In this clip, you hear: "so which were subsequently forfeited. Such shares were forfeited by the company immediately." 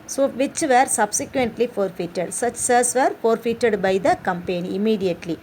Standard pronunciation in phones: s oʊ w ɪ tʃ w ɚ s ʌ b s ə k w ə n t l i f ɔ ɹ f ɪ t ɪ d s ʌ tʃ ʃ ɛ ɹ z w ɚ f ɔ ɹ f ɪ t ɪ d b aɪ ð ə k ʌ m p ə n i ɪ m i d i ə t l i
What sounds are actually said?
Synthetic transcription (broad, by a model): s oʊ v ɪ tʃ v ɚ s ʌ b s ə k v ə n t l i f ɔ ɹ f ɪ t ɪ d s ʌ tʃ s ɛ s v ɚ f ɔ ɹ f ɪ t ɪ d b aɪ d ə k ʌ m p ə n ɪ m i d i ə t l i